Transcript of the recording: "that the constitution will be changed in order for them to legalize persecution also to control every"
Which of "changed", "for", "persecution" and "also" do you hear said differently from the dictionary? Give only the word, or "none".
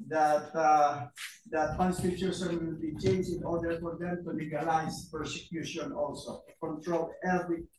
changed